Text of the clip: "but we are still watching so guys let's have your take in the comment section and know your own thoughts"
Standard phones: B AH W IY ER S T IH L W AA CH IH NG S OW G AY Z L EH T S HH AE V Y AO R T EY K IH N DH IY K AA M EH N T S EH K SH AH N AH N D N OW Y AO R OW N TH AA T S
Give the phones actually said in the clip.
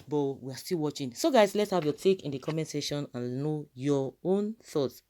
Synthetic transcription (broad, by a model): B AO W IY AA S T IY L W AA CH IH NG S OW G AY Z L EH T S HH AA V Y AO T EY K IH N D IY K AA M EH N S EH SH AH N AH N N OW Y AO OW N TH AA T S